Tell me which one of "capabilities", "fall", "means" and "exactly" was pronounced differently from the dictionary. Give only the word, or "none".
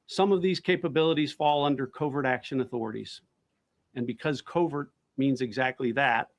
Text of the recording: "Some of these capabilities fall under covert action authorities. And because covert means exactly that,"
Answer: none